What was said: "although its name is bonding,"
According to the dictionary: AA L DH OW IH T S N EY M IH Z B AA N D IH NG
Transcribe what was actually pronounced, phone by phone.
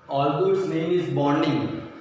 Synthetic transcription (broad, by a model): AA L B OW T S L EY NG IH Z B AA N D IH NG